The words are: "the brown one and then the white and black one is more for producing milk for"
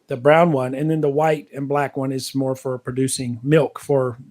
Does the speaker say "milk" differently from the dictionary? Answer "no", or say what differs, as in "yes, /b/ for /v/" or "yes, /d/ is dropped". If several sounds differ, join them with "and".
no